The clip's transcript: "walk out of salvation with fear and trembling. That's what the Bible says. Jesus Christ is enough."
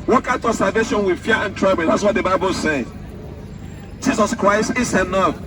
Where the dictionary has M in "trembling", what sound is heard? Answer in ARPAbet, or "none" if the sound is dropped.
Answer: none